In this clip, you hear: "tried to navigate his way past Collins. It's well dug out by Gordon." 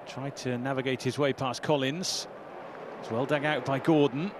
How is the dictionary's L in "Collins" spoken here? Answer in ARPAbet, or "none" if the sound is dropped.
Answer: L